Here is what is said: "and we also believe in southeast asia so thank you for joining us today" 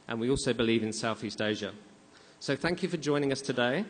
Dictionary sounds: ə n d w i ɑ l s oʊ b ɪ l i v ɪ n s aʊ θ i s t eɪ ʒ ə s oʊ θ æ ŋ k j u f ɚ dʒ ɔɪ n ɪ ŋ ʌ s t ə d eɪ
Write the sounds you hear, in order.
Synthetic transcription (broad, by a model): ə n w i ɑ l s oʊ b ɪ l i v ɪ n s aʊ θ i s t eɪ ʒ ə s oʊ θ æ ŋ k j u f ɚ dʒ ɔɪ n ɪ ŋ ʌ s t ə d eɪ